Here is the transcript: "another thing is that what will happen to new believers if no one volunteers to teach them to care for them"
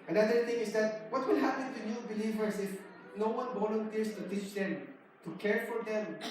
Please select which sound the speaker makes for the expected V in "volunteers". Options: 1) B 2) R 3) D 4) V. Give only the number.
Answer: 1